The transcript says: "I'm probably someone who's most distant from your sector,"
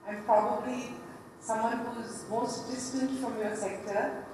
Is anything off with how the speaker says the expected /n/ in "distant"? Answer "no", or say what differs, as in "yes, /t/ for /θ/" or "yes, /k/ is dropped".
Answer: no